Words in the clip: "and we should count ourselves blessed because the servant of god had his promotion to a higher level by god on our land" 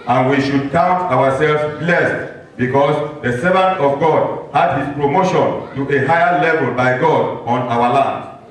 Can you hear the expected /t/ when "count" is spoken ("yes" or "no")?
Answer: yes